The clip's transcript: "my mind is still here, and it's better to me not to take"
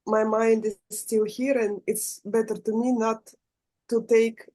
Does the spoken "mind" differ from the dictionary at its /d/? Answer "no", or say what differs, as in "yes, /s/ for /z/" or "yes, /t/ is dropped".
no